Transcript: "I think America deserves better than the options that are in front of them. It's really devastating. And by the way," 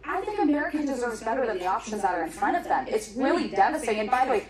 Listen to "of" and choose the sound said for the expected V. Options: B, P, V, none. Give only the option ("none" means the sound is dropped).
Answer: V